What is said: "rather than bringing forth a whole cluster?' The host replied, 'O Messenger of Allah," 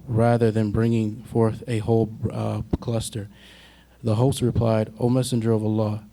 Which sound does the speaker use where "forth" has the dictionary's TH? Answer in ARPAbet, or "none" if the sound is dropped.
TH